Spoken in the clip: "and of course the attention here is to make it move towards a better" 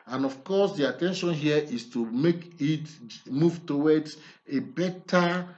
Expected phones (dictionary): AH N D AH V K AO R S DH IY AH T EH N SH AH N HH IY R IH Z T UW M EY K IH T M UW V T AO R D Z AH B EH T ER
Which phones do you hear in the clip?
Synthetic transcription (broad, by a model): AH N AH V K AO S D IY AH T EH N SH AH N HH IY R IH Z T UW M EY K IH T M UW V T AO W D AH B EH T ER